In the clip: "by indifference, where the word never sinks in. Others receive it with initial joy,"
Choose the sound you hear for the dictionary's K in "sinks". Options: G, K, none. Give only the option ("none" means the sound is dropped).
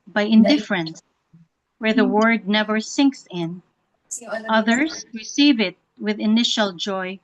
K